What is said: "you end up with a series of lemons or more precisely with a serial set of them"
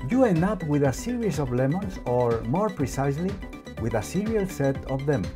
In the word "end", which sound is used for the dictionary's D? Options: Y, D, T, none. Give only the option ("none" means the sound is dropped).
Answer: none